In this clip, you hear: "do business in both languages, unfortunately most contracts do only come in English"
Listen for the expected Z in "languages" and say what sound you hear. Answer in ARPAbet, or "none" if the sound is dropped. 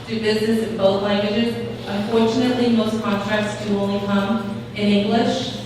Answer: Z